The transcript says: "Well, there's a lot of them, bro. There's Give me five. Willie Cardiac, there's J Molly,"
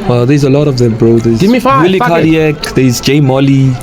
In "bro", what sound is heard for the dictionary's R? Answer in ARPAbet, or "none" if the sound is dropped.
R